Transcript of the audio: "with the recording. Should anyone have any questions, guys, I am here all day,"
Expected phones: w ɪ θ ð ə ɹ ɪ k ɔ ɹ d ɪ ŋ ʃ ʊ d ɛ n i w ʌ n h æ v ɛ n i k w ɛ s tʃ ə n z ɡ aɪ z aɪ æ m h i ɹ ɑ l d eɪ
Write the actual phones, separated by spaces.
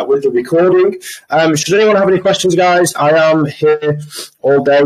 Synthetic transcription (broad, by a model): w ɪ ð ə ɹ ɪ k ɔ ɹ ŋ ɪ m ʃ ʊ d ɛ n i w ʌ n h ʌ v ɛ n i k w ɛ s tʃ ə n z ɡ aɪ z aɪ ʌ m h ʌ ɹ ɑ l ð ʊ